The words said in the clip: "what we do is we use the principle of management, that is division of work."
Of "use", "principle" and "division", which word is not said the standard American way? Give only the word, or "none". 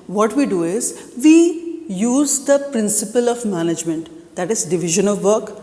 none